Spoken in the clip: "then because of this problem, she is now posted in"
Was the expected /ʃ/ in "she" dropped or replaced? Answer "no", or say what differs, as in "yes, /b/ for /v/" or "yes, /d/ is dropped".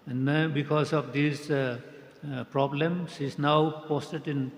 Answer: yes, /s/ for /ʃ/